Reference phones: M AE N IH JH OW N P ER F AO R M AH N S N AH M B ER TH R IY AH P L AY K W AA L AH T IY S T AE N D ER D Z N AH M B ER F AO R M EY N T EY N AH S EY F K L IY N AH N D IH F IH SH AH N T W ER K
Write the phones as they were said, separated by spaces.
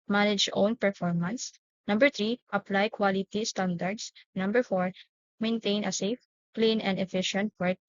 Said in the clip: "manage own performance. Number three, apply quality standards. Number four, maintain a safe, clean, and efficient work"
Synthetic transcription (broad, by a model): M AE N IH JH OW N P ER F AO R M AH N S N AH M B ER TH R IY AH P L AY K W AA L AH T IY S T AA N D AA D S N AH M B ER F AO R M EY N T EY N AH S EY F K L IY N AH N D IH F IH SH AH N T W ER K